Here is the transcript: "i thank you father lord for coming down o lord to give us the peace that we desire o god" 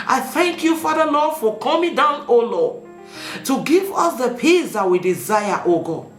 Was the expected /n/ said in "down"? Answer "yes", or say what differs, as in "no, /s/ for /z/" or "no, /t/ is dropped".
yes